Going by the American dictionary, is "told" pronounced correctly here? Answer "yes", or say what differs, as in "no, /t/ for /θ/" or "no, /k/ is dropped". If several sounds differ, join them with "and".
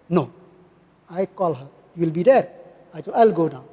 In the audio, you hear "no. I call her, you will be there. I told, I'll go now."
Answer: no, /d/ is dropped